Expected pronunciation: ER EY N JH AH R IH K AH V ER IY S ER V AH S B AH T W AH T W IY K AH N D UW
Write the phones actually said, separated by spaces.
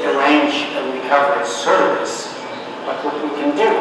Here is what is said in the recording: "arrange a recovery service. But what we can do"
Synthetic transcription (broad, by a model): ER EY N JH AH W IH AH V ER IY S ER V AH S B AH T W AH T W IY K AH N D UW